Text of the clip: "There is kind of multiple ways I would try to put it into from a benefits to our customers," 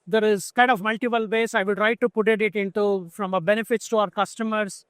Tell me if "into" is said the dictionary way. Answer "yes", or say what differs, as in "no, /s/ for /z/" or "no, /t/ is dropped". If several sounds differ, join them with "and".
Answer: yes